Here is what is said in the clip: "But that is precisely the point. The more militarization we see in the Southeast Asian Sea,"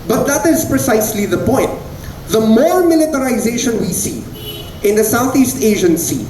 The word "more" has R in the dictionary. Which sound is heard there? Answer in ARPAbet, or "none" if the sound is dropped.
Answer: L